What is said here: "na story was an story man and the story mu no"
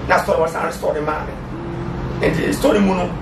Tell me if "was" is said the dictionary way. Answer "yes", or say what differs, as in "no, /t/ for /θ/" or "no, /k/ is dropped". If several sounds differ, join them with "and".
no, /s/ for /z/